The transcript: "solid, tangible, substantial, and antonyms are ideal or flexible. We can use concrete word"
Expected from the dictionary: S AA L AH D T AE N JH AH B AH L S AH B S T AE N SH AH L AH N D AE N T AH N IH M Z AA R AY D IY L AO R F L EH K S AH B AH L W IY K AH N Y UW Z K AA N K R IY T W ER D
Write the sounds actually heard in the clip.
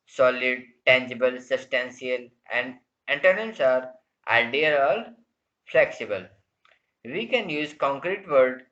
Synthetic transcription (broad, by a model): S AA L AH D T AE N JH AH B AH L S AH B S T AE N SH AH L AH N D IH N T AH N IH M S AA R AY D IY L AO L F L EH K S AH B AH L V IY K AH N Y UW Z K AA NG K R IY T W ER D